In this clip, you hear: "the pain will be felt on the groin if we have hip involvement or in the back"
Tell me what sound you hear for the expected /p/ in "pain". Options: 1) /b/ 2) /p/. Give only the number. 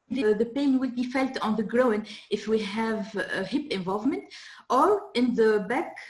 2